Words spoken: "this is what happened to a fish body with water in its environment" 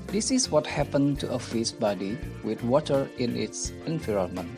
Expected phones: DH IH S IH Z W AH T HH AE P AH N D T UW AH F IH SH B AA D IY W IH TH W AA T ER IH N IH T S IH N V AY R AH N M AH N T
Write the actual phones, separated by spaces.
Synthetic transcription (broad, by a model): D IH S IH S W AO T HH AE P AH N T UW AH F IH S B AA D IY W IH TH W AA T ER IH N IH T S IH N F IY R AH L M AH N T